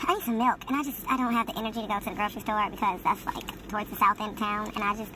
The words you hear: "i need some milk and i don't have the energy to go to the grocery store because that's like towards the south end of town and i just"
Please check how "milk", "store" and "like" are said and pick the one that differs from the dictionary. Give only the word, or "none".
none